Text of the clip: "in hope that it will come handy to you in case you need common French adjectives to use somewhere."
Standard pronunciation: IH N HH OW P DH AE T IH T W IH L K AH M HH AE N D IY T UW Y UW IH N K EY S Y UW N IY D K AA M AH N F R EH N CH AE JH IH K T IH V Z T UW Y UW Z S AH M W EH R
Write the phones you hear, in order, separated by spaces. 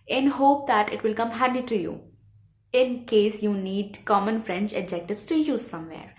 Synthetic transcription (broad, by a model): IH N HH OW P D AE T IH T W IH L K AH M HH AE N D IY T UW Y UW IH N K EY S Y UW N IY D K AA M AH N F R EH N CH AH JH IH K T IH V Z T UW Y UW Z S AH M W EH R